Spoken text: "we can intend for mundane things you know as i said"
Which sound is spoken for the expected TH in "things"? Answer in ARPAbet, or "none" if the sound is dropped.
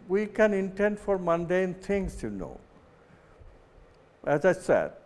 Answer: T